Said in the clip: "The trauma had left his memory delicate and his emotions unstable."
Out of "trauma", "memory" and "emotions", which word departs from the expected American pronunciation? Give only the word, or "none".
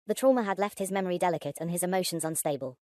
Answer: none